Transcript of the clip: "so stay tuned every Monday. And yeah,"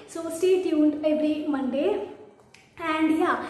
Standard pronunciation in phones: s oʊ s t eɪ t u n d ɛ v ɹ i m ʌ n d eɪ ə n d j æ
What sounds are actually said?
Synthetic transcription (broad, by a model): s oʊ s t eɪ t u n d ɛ b ɹ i m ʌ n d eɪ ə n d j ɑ